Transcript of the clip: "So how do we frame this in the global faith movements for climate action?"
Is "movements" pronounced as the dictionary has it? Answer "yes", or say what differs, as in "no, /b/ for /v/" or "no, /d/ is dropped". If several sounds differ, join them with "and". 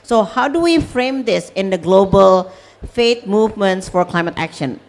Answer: yes